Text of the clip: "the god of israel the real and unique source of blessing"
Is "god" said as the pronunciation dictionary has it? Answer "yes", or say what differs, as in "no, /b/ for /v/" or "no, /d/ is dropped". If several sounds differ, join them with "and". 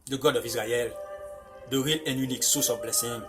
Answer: yes